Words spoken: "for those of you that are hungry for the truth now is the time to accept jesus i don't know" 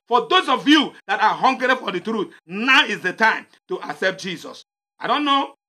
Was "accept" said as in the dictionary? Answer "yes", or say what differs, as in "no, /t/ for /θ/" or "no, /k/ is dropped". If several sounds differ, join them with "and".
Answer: yes